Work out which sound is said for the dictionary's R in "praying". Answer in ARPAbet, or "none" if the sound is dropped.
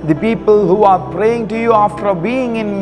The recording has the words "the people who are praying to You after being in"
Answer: R